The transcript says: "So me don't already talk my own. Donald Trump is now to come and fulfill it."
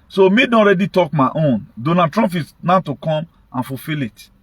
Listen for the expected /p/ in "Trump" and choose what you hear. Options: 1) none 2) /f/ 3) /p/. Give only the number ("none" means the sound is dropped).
2